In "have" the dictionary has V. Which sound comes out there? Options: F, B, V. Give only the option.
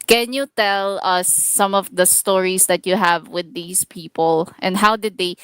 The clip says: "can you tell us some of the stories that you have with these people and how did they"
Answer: V